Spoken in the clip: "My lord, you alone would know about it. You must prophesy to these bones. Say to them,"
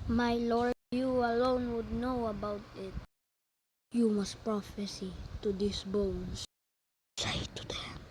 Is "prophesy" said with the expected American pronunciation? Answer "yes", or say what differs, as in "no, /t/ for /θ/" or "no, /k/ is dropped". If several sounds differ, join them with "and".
yes